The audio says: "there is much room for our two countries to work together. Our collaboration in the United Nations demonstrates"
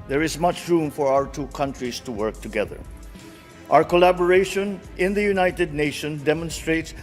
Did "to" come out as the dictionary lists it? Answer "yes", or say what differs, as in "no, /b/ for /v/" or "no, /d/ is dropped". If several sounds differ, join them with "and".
yes